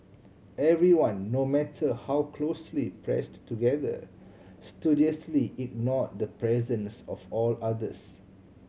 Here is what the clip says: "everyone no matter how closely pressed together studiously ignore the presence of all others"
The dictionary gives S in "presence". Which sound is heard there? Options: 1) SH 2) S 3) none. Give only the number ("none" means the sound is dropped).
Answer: 2